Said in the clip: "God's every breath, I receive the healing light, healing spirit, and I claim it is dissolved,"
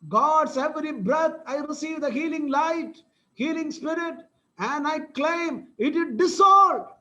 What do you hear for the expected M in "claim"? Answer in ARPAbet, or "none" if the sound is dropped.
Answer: M